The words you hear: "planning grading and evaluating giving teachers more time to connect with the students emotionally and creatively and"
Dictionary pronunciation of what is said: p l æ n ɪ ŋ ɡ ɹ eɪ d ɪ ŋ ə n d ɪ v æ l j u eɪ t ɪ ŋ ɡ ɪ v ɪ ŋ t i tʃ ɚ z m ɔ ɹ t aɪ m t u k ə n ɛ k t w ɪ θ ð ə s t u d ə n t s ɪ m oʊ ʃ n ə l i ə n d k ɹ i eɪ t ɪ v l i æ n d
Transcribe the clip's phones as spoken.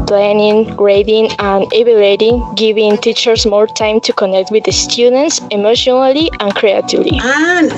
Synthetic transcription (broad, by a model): p l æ n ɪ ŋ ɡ ɹ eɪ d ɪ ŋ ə n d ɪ b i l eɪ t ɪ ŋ ɡ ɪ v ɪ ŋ t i tʃ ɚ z m ɔ ɹ t aɪ m t u k ə n ɛ k t w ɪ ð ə s t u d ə n t s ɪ m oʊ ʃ n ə l i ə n k ɹ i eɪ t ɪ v l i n